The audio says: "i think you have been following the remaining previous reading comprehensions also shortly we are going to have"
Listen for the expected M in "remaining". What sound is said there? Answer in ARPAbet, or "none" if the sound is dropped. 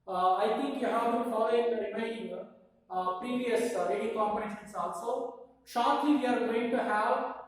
none